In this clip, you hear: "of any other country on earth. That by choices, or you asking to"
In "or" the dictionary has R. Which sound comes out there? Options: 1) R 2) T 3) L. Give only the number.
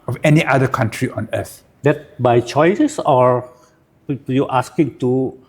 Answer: 1